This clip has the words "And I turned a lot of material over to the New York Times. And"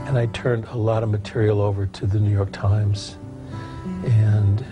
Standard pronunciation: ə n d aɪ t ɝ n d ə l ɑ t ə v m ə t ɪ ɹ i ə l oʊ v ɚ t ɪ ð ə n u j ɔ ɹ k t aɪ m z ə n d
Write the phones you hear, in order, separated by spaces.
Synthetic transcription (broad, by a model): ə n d aɪ t ɝ n d ə l ɑ t ə v m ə t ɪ ɹ i l oʊ v ɚ t ɪ ð ə n u j ɔ ɹ k t aɪ m z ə n